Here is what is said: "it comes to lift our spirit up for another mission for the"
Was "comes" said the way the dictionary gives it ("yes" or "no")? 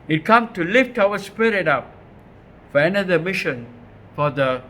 no